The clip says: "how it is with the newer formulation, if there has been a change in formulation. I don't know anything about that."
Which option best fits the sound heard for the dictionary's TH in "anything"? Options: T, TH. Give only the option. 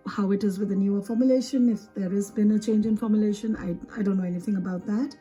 TH